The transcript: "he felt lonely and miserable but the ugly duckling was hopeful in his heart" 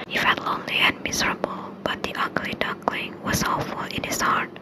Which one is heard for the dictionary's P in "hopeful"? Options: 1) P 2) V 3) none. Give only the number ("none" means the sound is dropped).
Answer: 3